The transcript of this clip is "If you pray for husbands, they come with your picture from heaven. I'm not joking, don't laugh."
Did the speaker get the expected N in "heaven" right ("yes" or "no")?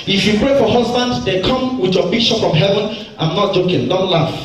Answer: yes